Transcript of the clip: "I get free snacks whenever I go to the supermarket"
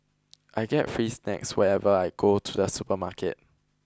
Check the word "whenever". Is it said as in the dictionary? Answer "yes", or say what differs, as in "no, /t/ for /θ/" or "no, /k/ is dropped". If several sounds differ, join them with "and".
no, /n/ is dropped